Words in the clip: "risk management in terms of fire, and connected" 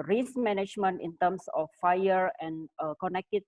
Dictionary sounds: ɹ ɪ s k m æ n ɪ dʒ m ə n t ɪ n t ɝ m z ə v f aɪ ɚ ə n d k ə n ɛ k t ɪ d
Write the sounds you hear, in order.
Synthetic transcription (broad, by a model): ɹ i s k m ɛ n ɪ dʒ m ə n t ɪ n t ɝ m s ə f aɪ ɚ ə n k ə n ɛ k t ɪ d